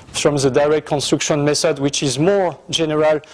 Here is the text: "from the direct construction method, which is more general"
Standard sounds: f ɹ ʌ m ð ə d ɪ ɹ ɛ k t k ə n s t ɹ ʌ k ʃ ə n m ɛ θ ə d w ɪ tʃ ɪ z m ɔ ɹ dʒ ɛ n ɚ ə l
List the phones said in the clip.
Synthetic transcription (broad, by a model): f ɹ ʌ m ð ə d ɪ ɹ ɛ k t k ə n s t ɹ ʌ k ʃ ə n m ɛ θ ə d w ɪ tʃ ɪ z m ɔ ɹ dʒ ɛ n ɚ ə l